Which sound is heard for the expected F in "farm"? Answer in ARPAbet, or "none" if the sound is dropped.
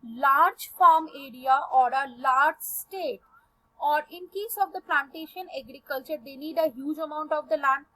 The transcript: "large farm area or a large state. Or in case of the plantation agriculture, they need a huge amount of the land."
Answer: F